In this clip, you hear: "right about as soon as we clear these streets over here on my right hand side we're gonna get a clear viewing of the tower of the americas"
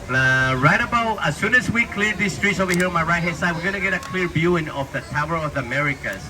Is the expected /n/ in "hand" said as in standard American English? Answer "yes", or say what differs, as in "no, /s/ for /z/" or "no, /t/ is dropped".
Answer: no, /n/ is dropped